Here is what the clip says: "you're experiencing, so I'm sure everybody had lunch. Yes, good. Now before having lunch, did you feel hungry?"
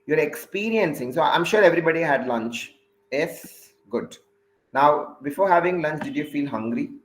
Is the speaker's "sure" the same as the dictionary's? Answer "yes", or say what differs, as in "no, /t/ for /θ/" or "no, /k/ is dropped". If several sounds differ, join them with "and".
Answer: yes